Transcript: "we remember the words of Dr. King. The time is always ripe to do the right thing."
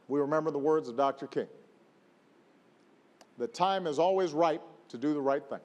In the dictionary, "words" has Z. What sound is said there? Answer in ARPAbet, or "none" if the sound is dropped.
Z